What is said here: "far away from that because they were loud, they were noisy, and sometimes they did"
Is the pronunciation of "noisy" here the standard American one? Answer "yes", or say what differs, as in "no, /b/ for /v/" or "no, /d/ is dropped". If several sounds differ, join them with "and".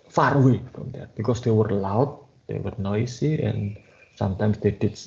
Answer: no, /s/ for /z/